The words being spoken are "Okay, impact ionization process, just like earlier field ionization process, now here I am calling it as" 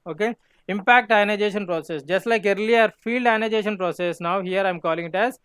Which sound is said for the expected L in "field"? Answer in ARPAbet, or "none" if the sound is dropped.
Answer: L